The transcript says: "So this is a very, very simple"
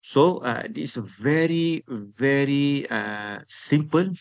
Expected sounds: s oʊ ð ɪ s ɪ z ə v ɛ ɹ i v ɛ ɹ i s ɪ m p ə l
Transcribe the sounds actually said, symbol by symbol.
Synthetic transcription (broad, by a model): s oʊ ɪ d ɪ s ə v ɛ ɹ i v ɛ ɹ i s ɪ m p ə l